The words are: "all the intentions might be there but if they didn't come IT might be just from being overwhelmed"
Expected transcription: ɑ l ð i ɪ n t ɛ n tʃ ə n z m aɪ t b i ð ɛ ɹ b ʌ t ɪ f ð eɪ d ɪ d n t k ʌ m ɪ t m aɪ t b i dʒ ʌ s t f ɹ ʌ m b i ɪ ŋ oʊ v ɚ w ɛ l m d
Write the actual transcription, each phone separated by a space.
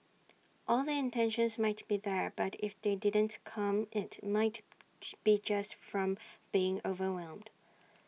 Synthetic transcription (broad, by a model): ɑ l ð i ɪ n t ɛ n ʃ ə n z m aɪ t b i ð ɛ ɹ b ʌ t ɪ f ð eɪ d ɪ d n t k ʌ m ɪ t m aɪ t b i dʒ ʌ s t f ɹ ʌ m b i ɪ ŋ oʊ v ɚ w ɛ l m d